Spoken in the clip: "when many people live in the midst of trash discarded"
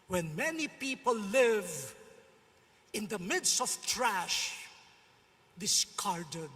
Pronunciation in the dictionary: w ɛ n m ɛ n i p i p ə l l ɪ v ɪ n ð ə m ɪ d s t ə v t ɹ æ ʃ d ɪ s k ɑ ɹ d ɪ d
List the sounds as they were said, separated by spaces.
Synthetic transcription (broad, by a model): w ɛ n m ɛ n i p i p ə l l ɪ v ɪ n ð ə m ɪ d s t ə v t ɹ æ ʃ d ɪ s k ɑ ɹ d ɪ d